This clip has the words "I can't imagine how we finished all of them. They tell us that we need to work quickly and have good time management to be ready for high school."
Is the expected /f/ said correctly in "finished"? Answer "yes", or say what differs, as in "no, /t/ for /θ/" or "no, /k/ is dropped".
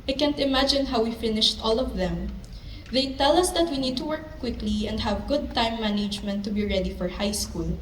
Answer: yes